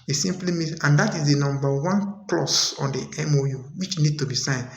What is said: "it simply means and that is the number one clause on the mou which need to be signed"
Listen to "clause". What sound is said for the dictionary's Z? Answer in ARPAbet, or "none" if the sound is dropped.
S